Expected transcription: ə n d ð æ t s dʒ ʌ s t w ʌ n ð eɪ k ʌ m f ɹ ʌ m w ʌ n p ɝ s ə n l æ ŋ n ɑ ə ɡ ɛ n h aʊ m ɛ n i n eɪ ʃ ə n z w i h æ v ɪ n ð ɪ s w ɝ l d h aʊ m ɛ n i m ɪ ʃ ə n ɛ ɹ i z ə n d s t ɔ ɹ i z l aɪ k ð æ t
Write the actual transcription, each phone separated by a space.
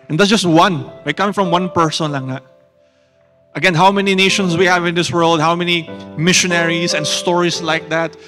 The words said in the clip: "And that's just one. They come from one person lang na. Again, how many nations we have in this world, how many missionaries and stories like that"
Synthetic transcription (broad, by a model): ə n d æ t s dʒ ʌ s t w ʌ n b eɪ k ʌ m f ɹ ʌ m w ʌ n p ɝ s ə n l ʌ ŋ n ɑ ə ɡ ɛ n h aʊ m ɛ n i n eɪ ʃ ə n s w i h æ v ɪ n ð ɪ s w ɝ l d h aʊ m ɛ n i m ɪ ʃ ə n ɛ ɹ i s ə n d s t ɔ ɹ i s l aɪ k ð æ t